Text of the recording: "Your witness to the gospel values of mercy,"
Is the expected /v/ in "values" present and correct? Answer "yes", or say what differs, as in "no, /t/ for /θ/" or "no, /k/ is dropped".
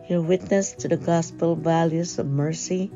yes